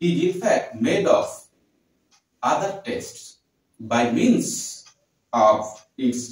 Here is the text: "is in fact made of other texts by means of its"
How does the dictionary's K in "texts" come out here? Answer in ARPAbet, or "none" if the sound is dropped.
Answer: none